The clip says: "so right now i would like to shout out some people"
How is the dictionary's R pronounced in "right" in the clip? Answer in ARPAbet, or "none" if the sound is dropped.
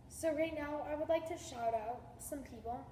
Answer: R